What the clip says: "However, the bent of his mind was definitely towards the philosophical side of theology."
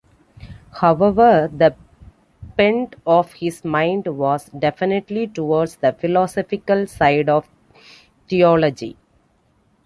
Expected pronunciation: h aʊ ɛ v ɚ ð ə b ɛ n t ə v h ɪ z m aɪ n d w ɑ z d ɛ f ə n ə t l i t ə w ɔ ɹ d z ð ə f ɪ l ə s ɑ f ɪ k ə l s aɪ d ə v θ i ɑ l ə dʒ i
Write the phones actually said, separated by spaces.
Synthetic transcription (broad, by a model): h aʊ ɛ v ɚ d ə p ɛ n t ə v h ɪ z m aɪ n d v ɑ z d ɛ f ə n ə t l i t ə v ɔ ɹ d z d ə f ɪ l ə s ɑ f ɪ k ə l s aɪ d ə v t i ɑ l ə dʒ i